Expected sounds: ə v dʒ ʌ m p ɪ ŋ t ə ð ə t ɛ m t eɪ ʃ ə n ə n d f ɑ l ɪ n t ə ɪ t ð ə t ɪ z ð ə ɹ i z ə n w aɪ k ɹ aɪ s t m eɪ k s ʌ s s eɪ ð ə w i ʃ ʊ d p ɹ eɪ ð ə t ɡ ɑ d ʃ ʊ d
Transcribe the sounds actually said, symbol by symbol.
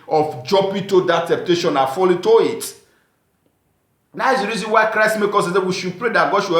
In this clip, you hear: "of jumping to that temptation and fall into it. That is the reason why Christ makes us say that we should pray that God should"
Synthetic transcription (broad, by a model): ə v dʒ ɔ p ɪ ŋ t ə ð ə t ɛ m t eɪ ʃ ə n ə f ɑ l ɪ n t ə ɪ t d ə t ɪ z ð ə ɹ i z ə n w aɪ k ɹ aɪ s t m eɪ k ɔ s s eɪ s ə w i ʃ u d p ɹ eɪ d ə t ɡ ɑ d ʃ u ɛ